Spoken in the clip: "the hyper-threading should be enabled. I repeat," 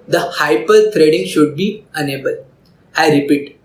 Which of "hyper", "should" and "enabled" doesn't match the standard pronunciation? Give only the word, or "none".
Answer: enabled